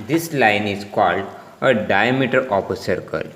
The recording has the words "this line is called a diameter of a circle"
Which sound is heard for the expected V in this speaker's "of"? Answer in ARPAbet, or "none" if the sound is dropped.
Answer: P